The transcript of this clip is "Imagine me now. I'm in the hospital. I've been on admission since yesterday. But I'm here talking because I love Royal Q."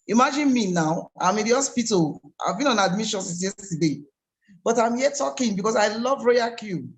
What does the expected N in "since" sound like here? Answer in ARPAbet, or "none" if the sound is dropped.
none